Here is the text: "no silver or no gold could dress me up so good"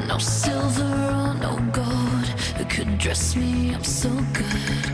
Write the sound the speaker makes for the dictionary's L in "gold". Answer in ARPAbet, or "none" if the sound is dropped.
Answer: none